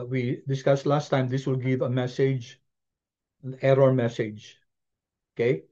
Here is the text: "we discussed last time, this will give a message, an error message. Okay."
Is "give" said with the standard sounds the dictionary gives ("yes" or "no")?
yes